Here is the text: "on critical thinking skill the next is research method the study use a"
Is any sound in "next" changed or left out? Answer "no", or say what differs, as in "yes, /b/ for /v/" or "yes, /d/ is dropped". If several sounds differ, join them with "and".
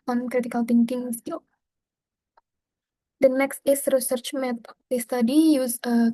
no